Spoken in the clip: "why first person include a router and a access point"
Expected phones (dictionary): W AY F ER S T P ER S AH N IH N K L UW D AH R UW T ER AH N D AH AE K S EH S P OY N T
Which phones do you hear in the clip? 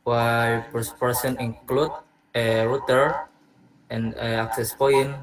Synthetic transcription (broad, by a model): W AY P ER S P ER S AH N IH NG K L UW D AH R UW T ER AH N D AH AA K S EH S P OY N